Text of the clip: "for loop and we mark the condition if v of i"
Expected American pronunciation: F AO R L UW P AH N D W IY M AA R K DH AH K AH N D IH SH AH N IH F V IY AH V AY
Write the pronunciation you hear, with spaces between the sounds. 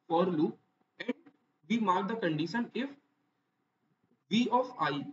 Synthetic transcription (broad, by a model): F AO R L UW AH N D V IY M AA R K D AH K AH N D IH SH AH N IH F V IY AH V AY